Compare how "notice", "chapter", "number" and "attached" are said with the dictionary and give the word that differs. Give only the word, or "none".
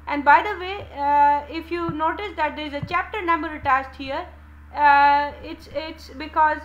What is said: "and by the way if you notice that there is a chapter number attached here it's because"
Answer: attached